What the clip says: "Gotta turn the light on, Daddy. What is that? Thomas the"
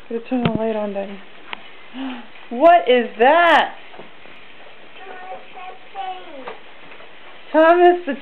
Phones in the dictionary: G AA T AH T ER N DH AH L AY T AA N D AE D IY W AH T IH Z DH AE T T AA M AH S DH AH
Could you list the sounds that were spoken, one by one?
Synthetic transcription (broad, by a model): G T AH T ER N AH W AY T AA N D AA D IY W AH T IH Z DH AE T T AA M AH S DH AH